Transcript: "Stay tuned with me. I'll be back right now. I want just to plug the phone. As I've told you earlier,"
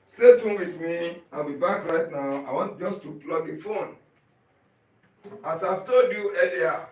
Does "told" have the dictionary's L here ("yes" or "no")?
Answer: no